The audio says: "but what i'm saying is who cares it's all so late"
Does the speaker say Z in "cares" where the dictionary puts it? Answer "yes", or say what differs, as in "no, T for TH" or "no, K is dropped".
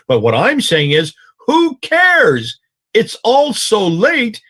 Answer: yes